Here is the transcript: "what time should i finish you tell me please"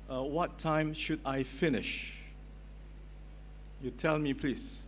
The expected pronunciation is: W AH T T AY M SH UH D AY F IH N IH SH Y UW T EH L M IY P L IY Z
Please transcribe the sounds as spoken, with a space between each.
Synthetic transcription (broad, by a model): W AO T T AY M SH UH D AY F IH N IH SH Y UW T EH L M IY P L IY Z